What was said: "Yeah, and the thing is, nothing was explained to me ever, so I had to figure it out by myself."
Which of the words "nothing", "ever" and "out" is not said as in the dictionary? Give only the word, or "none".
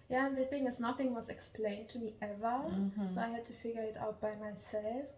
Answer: none